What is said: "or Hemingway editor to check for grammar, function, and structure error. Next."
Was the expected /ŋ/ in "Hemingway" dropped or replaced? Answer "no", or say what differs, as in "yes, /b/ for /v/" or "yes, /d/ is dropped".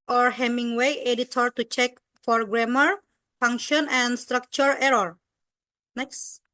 no